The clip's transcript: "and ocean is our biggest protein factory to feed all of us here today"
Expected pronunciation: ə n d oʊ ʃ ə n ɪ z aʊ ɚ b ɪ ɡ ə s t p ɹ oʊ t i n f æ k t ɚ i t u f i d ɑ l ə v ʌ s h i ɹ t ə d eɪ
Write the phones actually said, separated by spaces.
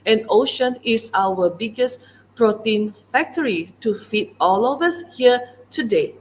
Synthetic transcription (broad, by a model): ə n oʊ ʃ ə n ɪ s aʊ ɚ b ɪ ɡ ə s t p ɹ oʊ t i n f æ k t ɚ i t u f i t ɑ l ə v ʌ s h i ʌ t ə d eɪ